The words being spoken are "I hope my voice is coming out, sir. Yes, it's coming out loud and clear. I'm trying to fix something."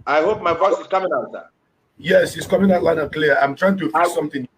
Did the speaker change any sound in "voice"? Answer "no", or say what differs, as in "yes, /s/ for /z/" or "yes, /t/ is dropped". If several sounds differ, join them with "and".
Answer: yes, /f/ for /v/